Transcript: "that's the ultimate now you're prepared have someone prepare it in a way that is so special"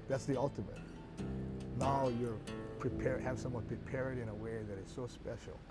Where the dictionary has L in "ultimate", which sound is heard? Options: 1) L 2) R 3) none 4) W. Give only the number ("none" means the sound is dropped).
1